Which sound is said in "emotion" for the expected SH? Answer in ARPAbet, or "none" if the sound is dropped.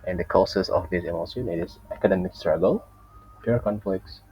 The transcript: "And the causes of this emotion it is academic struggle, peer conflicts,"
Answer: S